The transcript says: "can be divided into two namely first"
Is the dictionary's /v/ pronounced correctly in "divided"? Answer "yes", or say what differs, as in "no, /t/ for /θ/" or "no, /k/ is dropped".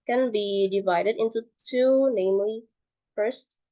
yes